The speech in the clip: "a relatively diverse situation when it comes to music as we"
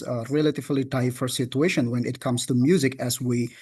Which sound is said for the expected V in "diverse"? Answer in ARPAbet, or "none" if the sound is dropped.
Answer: F